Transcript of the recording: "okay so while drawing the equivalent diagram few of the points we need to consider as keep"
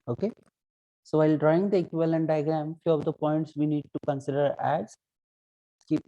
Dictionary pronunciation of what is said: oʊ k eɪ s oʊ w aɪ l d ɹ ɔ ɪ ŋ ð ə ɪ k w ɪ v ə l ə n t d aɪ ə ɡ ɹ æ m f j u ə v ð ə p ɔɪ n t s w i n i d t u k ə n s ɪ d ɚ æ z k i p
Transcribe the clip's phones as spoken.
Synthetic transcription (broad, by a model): oʊ k eɪ s oʊ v aɪ l d ɹ ɔ ɪ ŋ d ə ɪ k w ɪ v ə l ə n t d aɪ ə ɡ ɹ æ m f j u ə v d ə p ɔɪ n t s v i n i d t u k ə n s ɪ d ɚ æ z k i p